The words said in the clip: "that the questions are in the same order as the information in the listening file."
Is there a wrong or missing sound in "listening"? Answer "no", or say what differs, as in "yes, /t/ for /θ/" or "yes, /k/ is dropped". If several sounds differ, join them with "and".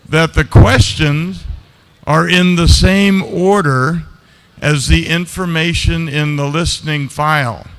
no